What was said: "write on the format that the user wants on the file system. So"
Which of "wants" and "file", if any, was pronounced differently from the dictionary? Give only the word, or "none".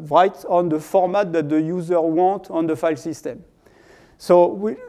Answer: wants